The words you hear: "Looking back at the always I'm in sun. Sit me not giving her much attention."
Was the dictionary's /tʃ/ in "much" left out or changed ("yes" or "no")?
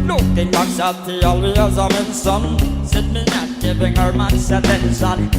yes